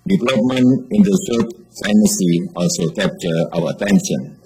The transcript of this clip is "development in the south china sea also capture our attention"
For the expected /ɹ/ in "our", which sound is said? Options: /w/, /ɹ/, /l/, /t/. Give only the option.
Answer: /w/